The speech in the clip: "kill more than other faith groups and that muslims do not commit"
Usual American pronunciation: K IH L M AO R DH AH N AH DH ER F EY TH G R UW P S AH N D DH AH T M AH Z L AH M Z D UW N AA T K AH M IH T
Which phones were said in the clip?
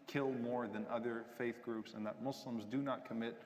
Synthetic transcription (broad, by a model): K IH L M AO R DH AH N AH DH ER F EY TH G R UW P S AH N DH AH T M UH S L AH M Z D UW N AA T K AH M IH T